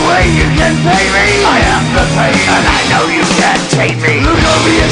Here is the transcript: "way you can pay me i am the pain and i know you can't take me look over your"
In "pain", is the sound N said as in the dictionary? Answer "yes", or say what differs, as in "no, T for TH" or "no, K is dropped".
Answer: no, N is dropped